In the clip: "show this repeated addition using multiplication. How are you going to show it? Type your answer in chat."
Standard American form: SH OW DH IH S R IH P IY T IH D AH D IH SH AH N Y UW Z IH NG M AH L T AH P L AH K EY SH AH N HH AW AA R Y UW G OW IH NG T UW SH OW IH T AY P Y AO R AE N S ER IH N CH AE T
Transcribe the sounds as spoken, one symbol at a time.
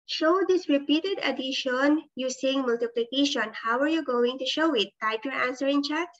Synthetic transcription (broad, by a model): SH OW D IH S R IH P IY T IH D AH D IH SH AH N Y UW S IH NG M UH L T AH P L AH K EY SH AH N HH AW AA R Y UW G OW IH NG T UW SH OW IH T AY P Y AO R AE N S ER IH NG CH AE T